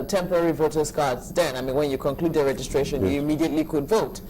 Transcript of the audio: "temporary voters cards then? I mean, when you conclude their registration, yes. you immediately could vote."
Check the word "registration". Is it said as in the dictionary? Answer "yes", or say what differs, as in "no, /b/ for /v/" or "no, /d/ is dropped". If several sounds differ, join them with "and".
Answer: yes